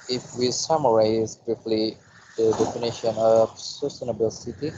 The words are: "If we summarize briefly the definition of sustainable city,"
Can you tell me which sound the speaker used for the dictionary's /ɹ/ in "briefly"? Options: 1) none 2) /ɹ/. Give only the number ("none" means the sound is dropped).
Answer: 1